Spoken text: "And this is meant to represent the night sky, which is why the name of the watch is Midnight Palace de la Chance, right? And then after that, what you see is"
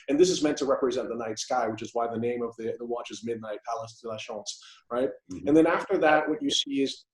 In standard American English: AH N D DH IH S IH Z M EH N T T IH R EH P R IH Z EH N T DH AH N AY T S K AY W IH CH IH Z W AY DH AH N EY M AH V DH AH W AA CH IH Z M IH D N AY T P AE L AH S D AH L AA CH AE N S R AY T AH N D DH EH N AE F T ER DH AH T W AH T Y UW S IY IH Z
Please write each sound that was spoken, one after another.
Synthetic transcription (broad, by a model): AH N DH IH S IH Z M EH N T T IH R EH P R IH Z EH N DH AH N AY T S K AY W IH CH IH Z W AY DH AH N EY M AH V DH AH W AA CH IH Z M IH D N AY T P AE L AH S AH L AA SH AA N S R AY T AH N DH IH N AE F T ER DH AH T W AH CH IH S IY IH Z